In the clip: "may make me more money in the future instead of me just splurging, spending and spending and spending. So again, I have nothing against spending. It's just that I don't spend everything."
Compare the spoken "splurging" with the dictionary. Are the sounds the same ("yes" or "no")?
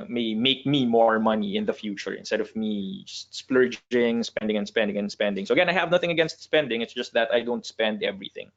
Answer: yes